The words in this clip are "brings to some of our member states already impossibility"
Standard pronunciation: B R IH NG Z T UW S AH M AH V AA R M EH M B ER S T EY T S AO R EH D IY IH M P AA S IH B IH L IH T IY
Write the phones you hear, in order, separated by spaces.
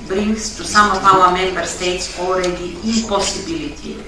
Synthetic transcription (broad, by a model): B R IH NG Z T UW S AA M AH P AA L M EH M B ER S T EY T S AO R EH D IY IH P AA S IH B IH L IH T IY